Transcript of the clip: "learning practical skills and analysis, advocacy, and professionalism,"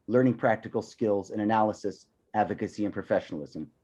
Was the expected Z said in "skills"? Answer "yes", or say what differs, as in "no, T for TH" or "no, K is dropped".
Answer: yes